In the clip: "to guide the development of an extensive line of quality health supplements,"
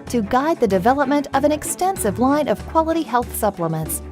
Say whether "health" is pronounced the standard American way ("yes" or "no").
yes